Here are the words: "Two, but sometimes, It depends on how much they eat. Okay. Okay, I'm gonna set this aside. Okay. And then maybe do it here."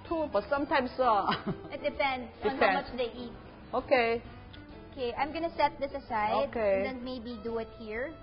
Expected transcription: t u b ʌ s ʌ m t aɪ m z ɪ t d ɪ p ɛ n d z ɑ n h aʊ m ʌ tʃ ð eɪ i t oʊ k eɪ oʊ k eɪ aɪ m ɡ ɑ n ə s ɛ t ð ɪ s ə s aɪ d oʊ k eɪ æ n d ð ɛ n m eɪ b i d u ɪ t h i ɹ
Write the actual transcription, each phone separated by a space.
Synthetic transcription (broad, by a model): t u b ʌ s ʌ m t aɪ m s ɪ t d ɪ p ɛ n d ɑ n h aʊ m ʌ tʃ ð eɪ i t oʊ k eɪ oʊ k eɪ aɪ m ɡ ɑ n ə s ɛ t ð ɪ s ə s aɪ d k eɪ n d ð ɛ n m eɪ b i d u ɪ t h i ɹ